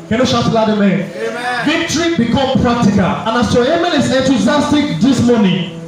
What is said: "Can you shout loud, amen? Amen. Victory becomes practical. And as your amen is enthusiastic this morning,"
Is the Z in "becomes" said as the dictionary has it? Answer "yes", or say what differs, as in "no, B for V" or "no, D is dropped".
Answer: no, Z is dropped